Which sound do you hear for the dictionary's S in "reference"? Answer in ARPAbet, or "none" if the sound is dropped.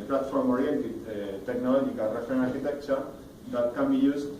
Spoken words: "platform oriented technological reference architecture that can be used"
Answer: none